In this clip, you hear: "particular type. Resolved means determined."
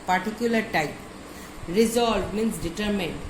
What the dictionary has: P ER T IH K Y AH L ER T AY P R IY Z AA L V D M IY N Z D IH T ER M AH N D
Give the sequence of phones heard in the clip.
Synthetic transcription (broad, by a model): P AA T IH K Y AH L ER T AY P R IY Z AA L D M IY N S D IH T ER M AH N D